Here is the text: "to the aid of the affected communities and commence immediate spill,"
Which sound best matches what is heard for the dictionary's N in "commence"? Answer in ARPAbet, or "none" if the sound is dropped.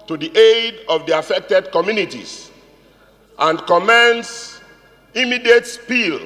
N